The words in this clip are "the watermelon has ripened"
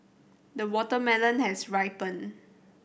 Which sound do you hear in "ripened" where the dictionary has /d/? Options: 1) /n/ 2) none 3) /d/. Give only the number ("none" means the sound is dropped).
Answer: 2